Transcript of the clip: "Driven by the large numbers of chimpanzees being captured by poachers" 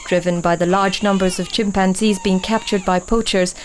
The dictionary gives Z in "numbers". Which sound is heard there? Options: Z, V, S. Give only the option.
Z